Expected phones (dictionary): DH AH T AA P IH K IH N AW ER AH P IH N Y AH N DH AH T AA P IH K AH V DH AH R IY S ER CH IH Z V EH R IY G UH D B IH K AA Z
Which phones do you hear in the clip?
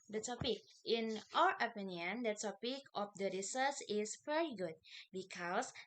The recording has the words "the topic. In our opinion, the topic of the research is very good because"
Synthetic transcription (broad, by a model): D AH T AA P IH K IH N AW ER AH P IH N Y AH N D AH T AA P IH K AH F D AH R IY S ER S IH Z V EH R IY G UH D B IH K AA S